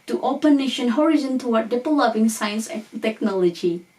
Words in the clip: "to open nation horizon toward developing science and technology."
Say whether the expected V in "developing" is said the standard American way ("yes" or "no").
no